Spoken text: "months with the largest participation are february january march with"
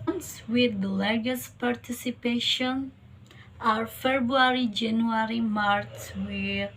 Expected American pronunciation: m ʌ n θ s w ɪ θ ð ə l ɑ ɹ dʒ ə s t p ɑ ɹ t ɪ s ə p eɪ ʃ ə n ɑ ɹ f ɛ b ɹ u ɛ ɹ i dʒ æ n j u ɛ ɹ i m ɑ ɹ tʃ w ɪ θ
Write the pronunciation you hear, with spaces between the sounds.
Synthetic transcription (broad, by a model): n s w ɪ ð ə l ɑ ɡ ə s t p ɑ ɹ t ɪ s ə p eɪ ʃ ə n ɑ ɹ f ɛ b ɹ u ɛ ɹ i dʒ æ n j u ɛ ɹ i m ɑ ɹ s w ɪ